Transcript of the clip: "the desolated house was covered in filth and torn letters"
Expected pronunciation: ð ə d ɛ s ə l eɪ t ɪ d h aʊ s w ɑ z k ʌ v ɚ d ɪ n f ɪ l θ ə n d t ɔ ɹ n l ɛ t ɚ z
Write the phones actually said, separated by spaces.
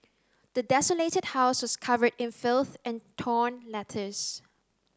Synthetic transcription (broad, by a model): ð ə d ɛ s ə l eɪ t ɪ d h aʊ s w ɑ s k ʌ v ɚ d ɪ n f ɪ l θ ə n t ɔ n l ɛ t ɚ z